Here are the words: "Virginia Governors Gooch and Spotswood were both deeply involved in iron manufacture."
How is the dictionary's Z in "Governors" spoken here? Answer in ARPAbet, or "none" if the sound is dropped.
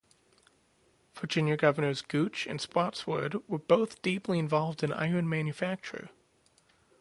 Z